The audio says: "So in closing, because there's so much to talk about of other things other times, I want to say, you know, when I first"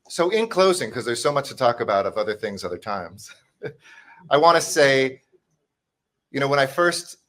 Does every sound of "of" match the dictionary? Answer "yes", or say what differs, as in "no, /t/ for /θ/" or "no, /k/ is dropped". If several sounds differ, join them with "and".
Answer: yes